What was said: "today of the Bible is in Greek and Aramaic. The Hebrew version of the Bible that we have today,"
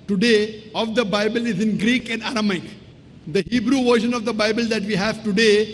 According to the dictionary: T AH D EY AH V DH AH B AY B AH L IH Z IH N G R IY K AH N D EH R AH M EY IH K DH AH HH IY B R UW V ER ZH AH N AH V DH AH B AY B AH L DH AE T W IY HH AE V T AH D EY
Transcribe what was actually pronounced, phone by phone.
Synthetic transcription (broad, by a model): T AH D EY AH V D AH B AY B AH L IH Z IH N G R IY K AH N D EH R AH M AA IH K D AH HH IY B R UW V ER SH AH N AH V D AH B AY B AH L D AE T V IY HH AE V T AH D EY